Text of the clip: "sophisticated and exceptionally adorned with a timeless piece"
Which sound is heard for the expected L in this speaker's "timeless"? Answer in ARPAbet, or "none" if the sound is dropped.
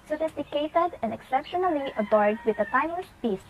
none